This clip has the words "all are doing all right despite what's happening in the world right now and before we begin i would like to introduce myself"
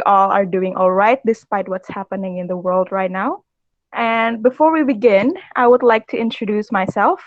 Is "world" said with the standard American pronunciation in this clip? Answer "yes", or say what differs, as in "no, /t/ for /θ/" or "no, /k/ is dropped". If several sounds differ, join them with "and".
yes